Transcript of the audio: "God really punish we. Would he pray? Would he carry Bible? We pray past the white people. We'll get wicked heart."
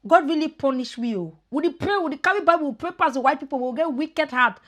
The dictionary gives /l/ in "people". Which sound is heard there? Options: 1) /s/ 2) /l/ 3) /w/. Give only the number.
3